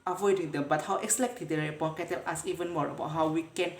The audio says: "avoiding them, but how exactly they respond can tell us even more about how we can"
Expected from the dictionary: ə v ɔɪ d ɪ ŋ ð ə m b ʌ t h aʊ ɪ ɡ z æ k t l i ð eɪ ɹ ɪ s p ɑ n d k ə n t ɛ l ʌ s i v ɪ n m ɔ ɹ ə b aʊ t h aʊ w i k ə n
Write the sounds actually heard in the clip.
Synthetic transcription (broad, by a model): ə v ɔɪ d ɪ ŋ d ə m b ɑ t h aʊ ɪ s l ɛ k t i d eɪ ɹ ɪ p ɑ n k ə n t ɛ l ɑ s i v ɪ n m ɔ ɹ ə b aʊ t h aʊ w i k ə n